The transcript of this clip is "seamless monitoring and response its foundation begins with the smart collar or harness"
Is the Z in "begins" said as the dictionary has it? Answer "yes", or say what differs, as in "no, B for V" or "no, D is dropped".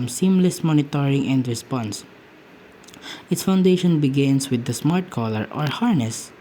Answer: no, S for Z